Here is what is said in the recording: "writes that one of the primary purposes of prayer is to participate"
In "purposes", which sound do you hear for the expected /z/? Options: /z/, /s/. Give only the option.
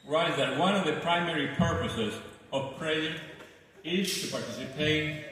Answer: /z/